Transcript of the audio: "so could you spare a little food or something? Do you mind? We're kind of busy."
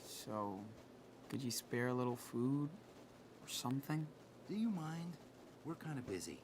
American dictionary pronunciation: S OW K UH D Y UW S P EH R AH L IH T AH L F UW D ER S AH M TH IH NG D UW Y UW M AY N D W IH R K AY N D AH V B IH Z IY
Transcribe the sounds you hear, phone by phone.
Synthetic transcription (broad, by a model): S OW UH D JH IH S P EH R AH L IH T L F UW D ER S AH M TH IH NG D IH Y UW M AY N D W IH R K AY N D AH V B IH Z IY